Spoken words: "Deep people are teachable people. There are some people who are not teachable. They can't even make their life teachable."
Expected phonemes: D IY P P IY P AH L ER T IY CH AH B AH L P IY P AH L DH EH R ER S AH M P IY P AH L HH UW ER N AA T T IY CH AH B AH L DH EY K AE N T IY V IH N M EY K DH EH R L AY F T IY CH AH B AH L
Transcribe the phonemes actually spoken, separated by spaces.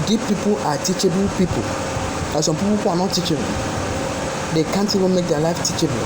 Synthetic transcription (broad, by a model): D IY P P IY P AH L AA T IY CH AH B AH L P IY P AH L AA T S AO M P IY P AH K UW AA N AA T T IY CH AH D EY K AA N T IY W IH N M EY K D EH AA L AY F T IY CH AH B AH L